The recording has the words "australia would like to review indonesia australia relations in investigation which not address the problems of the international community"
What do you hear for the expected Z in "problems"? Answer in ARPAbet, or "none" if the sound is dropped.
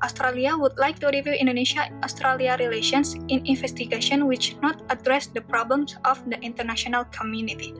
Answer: S